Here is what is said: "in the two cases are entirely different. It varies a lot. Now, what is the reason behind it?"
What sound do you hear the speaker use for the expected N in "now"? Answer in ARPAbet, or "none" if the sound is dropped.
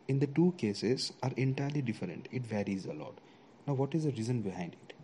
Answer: N